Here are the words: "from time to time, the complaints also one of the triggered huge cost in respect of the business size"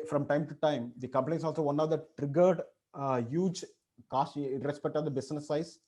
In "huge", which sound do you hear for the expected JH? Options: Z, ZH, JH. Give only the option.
JH